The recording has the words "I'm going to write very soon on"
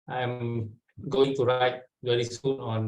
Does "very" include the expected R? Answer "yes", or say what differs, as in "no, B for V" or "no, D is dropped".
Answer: no, L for R